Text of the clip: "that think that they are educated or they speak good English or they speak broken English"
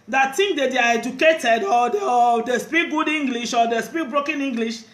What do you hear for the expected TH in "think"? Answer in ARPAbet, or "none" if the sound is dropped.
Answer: T